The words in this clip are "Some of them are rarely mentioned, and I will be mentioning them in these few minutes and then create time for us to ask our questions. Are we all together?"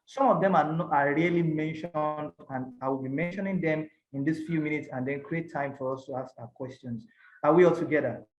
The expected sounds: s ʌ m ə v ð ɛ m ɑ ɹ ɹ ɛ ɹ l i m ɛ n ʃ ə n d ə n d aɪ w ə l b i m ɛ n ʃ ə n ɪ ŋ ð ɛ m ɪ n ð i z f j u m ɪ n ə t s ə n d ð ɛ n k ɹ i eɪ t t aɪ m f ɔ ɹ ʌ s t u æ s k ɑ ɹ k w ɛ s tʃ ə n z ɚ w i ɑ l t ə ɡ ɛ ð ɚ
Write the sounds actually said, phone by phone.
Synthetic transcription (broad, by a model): s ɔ m ə v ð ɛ m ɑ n ɹ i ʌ l i m ɛ n ʃ ə n d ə n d aɪ w ə l b i m ɛ n ʃ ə n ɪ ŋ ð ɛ m ɪ n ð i s f j u m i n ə t s ə n d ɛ n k ɹ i eɪ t t aɪ m f ɔ ɹ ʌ s t u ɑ s k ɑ k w ɛ s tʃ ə n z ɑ w i ɑ l t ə ɡ ɛ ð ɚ